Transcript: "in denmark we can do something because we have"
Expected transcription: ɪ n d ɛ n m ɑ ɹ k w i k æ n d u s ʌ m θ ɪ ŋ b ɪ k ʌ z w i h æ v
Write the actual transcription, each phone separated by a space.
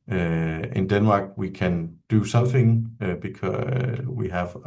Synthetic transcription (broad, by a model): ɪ n d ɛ n m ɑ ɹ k w i k æ n d u s ʌ m θ ɪ ŋ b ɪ k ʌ w i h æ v